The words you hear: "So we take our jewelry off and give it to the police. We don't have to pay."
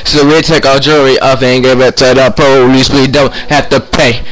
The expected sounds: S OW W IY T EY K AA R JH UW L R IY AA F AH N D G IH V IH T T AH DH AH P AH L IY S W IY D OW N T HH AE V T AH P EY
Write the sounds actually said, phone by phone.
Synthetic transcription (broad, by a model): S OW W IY T EY K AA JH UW R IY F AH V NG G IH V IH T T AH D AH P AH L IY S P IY D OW N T HH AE F T AH P EY